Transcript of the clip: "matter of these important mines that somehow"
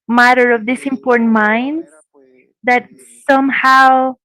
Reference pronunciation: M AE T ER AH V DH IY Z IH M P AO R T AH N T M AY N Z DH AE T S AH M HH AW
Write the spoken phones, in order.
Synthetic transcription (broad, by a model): M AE T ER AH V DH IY S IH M P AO R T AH N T M AY N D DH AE T S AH M HH AW